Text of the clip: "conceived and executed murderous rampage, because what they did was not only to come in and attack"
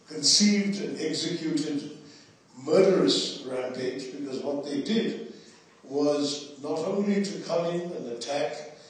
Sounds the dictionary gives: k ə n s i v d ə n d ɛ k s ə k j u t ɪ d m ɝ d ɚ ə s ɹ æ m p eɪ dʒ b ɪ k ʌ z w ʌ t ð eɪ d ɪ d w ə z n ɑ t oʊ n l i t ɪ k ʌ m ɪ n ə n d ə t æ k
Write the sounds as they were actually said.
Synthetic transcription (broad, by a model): k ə n s i v d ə n ɛ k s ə k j u t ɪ d m ɝ d ɚ ə s ɹ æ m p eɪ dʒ b ɪ k ʌ z w ʌ t ð eɪ d ɪ d w ə z n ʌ t oʊ n l i t ɪ k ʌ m ɪ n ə n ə t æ k